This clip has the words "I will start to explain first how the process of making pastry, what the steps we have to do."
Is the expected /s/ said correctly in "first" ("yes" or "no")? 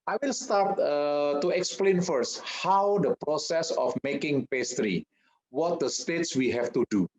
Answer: yes